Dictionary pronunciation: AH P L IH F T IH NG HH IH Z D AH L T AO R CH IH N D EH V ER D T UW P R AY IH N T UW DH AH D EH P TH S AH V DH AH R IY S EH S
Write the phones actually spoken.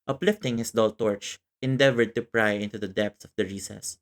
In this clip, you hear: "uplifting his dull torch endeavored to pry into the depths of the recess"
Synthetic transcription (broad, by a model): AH P L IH F T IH NG HH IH S D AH L T AO R CH IH N D EH V ER D T UW P R AY IH N T UW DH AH D EH P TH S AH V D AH R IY S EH S